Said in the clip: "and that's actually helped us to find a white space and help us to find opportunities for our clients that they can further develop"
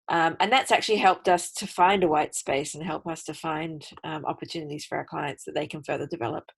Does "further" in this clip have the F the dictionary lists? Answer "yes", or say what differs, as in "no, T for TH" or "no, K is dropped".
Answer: yes